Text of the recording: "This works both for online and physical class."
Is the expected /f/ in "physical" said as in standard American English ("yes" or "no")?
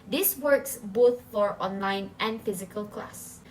yes